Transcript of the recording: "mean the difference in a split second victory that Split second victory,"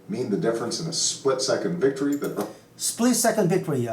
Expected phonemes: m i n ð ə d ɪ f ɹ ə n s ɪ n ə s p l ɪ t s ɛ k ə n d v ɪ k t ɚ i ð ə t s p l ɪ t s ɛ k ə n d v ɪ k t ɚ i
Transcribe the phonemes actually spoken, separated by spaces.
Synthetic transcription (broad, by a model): m i n ð ə d ɪ f ɹ ə n s ɪ n ə s p l ɪ t s ɛ k ə n d v ɪ k t ɚ i ð ə t s p l ɪ t s ɛ k ə n d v ɪ k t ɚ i